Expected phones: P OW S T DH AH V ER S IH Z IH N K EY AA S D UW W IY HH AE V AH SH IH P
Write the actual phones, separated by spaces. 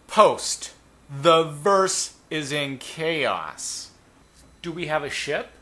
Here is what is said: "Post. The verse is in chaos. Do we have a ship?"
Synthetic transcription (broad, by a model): P OW S T DH AH V ER S IH Z IH N K EY AA S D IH W IY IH V AH SH IH P